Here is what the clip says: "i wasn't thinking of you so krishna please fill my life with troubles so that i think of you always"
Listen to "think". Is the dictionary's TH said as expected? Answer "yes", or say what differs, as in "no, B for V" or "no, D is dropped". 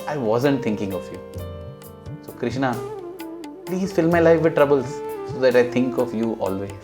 no, T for TH